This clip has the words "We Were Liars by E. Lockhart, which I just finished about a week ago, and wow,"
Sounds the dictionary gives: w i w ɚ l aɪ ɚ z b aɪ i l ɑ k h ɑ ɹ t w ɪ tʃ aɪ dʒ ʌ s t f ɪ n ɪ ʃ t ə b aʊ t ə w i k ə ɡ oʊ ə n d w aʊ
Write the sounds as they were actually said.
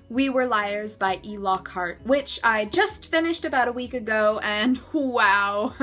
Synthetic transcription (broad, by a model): w i w ɚ l aɪ ɚ z b aɪ i l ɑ k ɑ ɹ t w ɪ tʃ aɪ dʒ ʌ s t f ɪ n ɪ ʃ t ə b aʊ t ə w i k ə ɡ oʊ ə n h w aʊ